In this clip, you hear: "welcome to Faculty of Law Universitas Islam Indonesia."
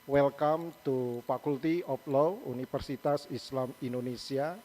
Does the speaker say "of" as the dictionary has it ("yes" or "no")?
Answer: no